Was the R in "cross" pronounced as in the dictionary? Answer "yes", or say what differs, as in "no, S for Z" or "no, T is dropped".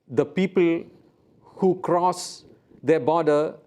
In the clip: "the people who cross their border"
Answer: yes